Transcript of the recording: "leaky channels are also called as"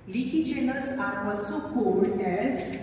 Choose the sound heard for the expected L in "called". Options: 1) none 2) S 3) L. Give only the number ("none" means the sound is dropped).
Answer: 1